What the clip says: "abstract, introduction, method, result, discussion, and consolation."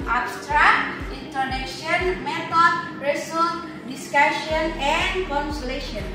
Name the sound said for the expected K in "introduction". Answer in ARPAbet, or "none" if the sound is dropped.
none